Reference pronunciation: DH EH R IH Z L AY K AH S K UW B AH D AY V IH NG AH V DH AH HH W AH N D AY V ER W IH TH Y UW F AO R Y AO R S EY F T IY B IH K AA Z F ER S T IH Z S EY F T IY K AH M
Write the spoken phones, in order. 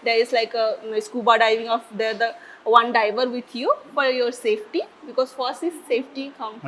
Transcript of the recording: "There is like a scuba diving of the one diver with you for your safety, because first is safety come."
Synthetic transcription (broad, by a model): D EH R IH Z L AY K AH S K UW B AH D AY V IH NG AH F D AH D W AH N D AY V ER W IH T Y UW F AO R Y AO R S EY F T IY B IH K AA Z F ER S IH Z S EY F T IY K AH M